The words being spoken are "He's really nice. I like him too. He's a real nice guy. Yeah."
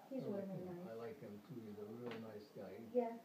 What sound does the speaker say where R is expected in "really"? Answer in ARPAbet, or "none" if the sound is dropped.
W